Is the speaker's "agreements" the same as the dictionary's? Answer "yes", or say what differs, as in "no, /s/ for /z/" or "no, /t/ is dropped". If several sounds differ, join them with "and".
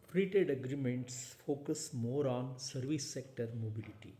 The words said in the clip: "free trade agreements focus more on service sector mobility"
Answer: yes